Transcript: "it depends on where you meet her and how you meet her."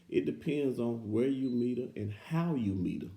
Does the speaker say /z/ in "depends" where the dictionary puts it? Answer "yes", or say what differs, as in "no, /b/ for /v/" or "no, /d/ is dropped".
yes